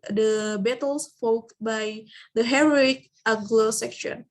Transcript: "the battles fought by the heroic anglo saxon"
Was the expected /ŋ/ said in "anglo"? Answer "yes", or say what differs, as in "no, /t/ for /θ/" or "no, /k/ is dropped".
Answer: no, /ŋ/ is dropped